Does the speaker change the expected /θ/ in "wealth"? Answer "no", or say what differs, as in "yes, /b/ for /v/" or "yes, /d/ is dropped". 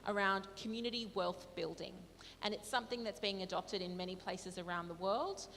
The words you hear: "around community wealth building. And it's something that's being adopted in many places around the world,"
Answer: no